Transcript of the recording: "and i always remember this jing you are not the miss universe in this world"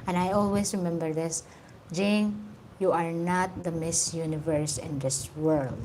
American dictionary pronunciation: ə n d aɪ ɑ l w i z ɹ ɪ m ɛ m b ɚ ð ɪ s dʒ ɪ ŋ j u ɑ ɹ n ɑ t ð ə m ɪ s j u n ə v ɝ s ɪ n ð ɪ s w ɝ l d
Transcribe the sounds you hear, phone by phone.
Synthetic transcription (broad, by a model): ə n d aɪ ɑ l w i s ɹ ɪ m ɛ m b ɚ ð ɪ s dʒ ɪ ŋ j u ɑ ɹ n ɑ t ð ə m ɪ s j u n ə v ɝ s ɪ n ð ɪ s w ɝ l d